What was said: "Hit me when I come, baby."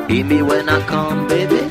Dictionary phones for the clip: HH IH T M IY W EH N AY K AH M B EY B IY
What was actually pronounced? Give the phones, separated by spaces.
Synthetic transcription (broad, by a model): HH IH M IY W EH N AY K AH M B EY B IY